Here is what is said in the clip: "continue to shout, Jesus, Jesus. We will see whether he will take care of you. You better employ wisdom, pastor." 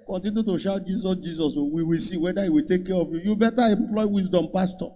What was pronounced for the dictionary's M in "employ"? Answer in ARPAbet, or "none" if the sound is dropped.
M